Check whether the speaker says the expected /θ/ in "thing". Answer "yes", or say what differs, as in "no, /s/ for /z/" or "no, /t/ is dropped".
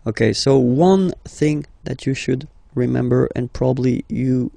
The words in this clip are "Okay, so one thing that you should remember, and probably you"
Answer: yes